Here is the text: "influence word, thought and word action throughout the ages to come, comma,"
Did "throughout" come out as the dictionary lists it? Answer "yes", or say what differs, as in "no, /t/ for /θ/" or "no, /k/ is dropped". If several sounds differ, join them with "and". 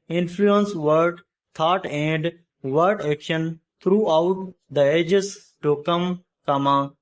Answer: no, /t/ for /θ/